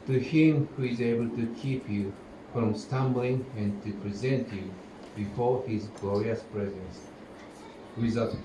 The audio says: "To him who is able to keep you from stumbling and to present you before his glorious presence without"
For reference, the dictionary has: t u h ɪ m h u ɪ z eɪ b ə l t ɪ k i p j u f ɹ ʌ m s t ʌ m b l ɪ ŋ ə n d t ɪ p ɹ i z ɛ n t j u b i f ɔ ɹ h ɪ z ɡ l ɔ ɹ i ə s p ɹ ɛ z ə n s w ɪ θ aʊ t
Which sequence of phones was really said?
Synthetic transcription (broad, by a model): t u h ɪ m h u ɪ z eɪ b ə l t ɪ k i p j u f ɹ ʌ m s t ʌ m b l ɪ ŋ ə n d t ɪ p ɹ i z ɛ n t j u b i f ɔ ɹ h ɪ z ɡ l ɔ ɹ i ə s p ɹ ɛ z ə n s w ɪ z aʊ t